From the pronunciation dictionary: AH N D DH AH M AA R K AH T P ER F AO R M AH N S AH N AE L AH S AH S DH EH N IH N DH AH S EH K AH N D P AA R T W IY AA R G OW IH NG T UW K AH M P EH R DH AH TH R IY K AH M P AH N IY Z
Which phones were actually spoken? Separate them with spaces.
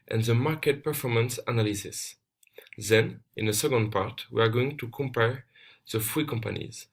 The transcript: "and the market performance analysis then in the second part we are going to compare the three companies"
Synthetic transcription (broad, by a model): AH N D DH AH M AA R K AH T P ER F AO R M AH N S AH N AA L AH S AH S DH EH N IH N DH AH S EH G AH N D P AA R T W IY AA R G OW IH NG T UW K AH M P EH R DH AH F R IY K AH M P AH N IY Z